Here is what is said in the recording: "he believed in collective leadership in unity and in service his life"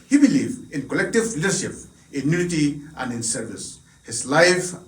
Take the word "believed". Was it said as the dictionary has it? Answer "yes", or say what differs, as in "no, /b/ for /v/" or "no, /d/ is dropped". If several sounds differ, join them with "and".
no, /d/ is dropped